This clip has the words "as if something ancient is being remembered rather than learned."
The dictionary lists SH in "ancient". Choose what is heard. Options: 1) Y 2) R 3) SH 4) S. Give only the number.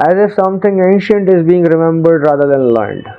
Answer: 3